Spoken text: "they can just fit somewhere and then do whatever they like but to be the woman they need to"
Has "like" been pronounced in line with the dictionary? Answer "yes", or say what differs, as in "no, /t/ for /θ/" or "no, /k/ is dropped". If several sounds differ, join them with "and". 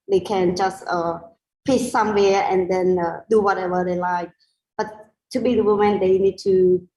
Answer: yes